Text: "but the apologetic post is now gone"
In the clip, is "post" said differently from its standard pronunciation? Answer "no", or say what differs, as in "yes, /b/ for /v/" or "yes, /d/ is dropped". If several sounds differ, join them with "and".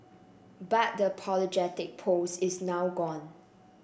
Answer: yes, /t/ is dropped